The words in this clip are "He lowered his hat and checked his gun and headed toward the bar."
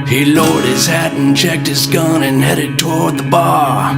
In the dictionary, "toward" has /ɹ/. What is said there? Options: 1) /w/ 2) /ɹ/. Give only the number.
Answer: 2